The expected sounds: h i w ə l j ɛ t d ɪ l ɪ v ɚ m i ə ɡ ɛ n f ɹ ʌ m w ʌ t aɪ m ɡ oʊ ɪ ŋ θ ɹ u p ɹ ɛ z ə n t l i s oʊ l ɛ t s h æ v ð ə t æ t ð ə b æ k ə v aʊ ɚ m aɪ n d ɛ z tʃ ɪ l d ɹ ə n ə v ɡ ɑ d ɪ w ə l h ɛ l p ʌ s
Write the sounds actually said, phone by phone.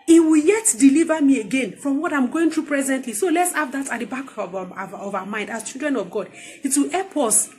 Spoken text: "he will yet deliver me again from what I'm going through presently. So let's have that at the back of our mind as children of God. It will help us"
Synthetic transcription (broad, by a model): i w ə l j ɛ t d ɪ l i v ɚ m i ə ɡ ɛ n f ɹ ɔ m w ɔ t aɪ m ɡ oʊ ɪ ŋ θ ɹ u p ɹ ɛ z ə n t l i s oʊ l ɛ t s h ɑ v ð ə t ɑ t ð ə b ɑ k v aʊ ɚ m aɪ n d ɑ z tʃ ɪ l d ɹ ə n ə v ɡ ɑ d ɪ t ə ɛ p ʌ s